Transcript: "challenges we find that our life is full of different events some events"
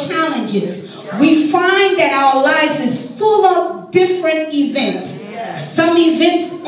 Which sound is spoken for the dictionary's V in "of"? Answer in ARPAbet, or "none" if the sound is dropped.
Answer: P